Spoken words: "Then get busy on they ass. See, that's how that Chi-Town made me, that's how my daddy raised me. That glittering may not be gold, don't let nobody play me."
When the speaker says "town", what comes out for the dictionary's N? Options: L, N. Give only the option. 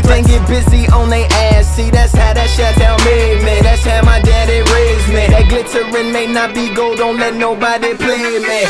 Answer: L